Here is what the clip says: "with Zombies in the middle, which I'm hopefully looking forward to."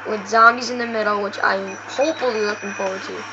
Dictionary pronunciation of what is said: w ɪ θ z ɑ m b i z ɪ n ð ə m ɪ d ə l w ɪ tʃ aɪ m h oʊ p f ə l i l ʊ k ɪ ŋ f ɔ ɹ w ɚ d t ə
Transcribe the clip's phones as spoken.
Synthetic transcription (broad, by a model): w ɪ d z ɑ m i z ɪ n ð ə m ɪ d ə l w ɪ tʃ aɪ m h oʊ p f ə l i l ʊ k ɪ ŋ p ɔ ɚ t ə